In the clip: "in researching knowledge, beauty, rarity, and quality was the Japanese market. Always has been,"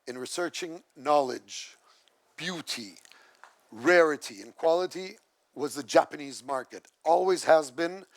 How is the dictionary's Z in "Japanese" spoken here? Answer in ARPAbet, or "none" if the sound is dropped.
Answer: Z